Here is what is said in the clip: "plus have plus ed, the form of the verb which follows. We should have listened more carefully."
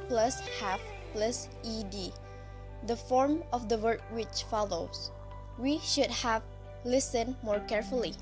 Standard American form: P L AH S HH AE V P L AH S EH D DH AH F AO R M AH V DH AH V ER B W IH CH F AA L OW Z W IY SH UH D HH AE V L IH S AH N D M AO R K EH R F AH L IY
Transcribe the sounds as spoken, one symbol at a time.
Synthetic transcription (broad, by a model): P L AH S HH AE F P L AH S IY D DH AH F AO R M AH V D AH W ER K W IH CH F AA L OW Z W IY SH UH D HH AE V L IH S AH N M AO R K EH R F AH L IY